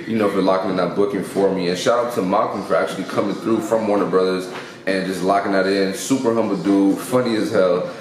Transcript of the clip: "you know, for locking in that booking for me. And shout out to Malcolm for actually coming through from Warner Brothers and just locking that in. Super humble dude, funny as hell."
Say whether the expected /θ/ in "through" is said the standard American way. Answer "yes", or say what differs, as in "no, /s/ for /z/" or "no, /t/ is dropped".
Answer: yes